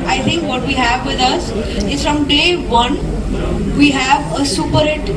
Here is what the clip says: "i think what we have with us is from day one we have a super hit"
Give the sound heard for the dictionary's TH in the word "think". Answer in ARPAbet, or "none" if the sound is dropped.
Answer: T